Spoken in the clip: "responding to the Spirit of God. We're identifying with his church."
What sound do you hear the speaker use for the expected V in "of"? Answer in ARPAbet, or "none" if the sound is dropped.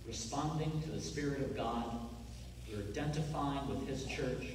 V